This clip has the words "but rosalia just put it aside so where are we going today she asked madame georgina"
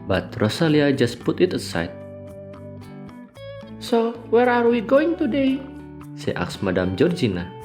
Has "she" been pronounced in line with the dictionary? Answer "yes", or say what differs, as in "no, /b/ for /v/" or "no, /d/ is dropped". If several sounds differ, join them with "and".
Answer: no, /s/ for /ʃ/